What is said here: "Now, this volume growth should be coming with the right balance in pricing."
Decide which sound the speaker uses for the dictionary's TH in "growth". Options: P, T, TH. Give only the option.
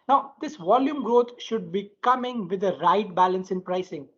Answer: T